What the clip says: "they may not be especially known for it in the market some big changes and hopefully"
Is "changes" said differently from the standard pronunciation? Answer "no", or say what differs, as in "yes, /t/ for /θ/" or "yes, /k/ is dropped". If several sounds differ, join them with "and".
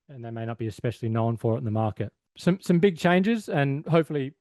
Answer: no